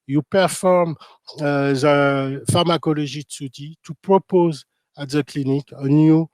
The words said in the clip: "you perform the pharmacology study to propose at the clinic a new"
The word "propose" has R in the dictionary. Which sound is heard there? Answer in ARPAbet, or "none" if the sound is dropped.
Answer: R